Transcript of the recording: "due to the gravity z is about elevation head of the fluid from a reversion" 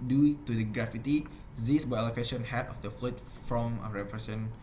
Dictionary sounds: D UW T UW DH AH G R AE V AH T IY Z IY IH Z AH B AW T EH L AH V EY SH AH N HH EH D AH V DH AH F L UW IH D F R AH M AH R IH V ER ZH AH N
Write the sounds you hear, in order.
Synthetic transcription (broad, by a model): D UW T UW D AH G R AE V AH T IY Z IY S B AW EH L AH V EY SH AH N HH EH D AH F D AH F L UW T F R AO M AH R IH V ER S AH N